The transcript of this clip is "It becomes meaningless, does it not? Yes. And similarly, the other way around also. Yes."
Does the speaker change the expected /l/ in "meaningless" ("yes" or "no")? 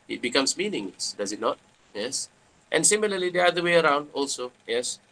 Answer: yes